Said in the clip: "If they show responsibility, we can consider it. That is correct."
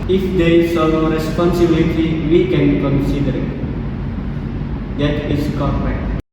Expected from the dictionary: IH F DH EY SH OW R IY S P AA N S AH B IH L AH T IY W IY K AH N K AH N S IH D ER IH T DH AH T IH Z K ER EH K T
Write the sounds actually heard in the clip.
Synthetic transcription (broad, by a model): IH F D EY S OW R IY S P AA N S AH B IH L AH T IY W IY K AH N K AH N S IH D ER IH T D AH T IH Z K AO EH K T